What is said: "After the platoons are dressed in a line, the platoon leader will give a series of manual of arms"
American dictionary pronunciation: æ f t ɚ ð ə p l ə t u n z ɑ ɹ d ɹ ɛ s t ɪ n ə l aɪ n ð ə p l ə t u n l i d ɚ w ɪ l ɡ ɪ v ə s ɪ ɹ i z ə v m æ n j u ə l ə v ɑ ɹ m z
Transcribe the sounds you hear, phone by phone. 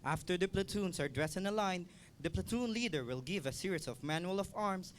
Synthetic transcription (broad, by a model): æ f t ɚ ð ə p l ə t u n s ɑ ɹ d ɹ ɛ s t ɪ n ə l aɪ n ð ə p l ə t u n l i d ɚ w ɪ l ɡ ɪ v ə s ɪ ɹ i s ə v m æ n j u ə l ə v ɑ ɹ m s